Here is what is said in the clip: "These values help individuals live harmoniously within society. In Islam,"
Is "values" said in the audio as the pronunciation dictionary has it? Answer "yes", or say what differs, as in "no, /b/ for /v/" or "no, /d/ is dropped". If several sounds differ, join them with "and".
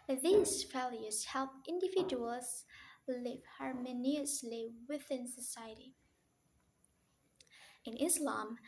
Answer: no, /f/ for /v/